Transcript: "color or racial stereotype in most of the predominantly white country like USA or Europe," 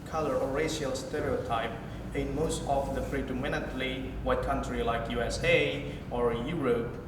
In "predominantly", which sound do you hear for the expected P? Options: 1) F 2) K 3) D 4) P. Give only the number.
1